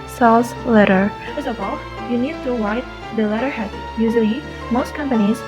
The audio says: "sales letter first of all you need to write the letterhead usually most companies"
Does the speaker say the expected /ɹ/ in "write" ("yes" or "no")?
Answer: no